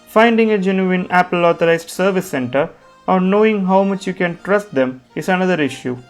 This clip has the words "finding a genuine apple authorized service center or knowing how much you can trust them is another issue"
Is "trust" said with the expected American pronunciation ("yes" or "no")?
yes